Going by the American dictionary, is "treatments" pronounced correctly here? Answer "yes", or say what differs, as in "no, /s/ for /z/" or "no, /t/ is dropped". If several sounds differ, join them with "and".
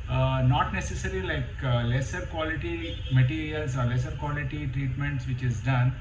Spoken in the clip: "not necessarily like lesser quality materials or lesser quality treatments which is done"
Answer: yes